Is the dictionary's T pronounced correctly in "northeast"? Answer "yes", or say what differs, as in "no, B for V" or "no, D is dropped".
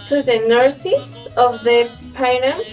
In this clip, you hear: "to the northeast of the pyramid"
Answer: no, T is dropped